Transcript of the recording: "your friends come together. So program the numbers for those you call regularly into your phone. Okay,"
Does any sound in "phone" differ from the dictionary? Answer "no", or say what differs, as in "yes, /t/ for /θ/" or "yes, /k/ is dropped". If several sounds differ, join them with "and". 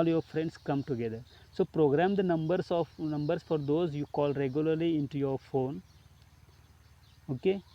no